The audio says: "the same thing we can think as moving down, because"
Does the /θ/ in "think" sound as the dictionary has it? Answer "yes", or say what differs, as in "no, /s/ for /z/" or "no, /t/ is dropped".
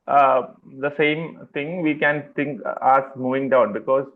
no, /t/ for /θ/